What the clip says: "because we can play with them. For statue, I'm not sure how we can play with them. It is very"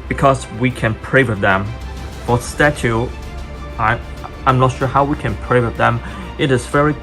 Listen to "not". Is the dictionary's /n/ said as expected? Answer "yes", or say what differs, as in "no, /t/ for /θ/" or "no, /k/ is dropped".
yes